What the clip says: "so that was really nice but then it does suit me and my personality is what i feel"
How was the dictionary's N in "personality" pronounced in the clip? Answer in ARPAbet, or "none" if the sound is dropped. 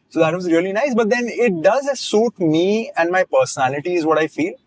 N